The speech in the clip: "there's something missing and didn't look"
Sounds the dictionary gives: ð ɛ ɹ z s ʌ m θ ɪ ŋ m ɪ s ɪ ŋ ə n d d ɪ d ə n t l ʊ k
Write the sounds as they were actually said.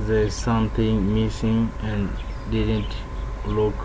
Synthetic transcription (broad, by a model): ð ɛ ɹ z s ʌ m t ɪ ŋ m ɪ s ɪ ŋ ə n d d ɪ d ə n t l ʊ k